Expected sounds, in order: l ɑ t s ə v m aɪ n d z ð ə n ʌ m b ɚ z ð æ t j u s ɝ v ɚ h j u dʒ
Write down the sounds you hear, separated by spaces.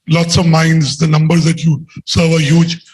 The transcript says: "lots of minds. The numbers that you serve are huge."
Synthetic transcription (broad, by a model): l ɑ t s ə v m aɪ n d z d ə n ʌ m b ɚ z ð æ t j u s ɝ v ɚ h j u dʒ